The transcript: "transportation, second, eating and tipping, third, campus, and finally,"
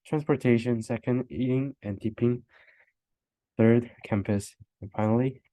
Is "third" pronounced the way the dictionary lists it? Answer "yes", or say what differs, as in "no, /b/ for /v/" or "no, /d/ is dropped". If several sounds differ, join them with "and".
yes